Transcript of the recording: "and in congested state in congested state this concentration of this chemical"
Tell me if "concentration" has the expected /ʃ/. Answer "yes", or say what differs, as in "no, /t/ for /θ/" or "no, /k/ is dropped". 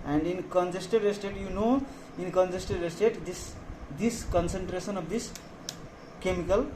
no, /s/ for /ʃ/